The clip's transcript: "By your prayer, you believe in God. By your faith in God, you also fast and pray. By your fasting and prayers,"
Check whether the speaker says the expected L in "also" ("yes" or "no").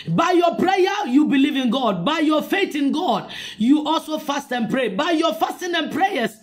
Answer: yes